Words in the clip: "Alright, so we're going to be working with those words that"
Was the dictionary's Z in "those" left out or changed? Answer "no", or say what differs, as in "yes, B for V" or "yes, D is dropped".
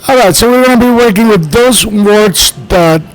no